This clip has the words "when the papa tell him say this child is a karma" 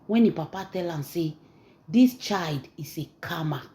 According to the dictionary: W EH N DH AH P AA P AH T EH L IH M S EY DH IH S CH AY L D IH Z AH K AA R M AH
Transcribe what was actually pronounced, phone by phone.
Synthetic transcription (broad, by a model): W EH N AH P AA P AH T EH L IH M S EY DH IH S CH AY L D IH S AH K AA M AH